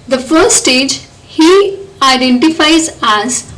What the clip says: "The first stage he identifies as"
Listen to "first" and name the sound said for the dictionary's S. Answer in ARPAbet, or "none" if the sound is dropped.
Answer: none